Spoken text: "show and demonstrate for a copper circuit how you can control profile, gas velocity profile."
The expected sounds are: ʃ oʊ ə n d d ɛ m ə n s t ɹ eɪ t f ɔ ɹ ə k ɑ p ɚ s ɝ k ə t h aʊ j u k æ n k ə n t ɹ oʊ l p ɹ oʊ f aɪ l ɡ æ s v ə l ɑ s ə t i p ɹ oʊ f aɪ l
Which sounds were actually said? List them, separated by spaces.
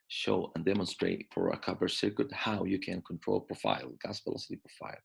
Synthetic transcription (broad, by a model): ʃ oʊ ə n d d ɛ m ə n s t ɹ eɪ t f ɔ ɹ ə k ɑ b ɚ s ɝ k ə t h aʊ j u k æ n k ə n t ɹ oʊ l p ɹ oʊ f aɪ l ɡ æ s p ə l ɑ s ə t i p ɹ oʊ f aɪ l